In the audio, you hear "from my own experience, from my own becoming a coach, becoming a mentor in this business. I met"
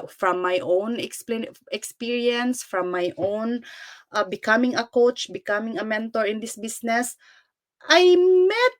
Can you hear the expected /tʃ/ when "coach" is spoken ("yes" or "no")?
yes